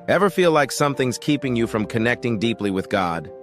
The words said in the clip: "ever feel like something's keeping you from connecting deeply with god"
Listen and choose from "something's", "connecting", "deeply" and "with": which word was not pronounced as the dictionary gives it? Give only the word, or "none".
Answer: none